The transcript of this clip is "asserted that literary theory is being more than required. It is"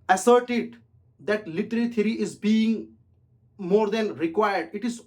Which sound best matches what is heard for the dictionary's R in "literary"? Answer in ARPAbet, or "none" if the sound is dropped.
L